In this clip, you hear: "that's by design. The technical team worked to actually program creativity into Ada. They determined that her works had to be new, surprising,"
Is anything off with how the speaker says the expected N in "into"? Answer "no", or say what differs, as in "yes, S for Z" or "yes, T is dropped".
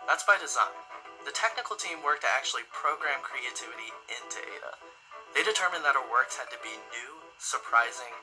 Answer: no